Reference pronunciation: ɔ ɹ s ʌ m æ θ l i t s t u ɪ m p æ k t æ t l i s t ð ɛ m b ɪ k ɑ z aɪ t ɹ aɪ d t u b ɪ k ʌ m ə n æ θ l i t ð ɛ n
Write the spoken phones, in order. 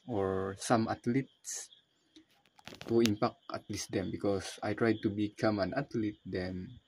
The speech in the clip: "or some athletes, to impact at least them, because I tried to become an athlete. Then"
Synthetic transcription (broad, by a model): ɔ ɹ s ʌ m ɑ t l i t s t u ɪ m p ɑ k ɑ t l i s t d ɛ m b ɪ k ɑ s aɪ t ɹ aɪ d t u b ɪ k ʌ m ə n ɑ t l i t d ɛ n